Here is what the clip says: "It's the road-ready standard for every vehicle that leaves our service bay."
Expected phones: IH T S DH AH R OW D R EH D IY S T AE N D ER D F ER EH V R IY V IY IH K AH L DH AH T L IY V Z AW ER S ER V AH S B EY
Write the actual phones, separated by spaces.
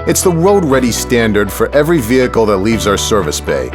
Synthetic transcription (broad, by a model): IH T S DH AH W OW D R EH D IY S T AE N D ER D F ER EH V R IY V IY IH K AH L DH AH T L IY V Z AW ER S ER V AH S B EY